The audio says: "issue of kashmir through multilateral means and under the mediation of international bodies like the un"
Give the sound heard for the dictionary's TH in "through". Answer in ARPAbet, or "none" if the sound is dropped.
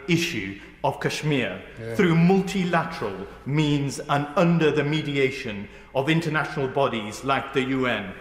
TH